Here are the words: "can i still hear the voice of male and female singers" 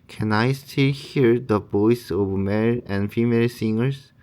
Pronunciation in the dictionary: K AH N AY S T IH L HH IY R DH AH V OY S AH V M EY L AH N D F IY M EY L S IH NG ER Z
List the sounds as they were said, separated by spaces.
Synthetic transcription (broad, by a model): K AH N AY S T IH L HH IY R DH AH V OY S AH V M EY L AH N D F IY M EY L S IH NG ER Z